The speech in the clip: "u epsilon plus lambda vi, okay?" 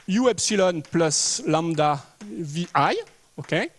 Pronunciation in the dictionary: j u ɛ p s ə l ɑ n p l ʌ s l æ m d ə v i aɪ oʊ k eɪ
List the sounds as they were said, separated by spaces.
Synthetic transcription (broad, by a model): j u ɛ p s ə l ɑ n p l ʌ s l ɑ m d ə v i aɪ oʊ k eɪ